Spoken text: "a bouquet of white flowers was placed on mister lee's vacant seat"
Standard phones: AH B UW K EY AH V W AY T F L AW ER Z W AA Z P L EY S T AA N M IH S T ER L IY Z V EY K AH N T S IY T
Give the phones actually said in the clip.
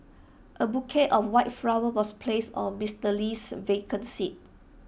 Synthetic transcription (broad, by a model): AH B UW K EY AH F W AY T F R AW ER W AA S P L EY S AA N M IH S T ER L IY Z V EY K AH N S IY T